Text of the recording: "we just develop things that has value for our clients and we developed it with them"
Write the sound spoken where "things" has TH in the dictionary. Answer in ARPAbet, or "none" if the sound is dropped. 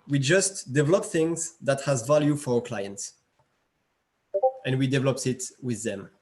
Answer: TH